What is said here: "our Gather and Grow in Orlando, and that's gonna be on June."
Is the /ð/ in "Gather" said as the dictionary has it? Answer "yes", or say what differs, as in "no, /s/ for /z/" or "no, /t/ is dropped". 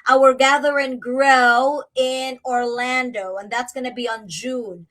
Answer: yes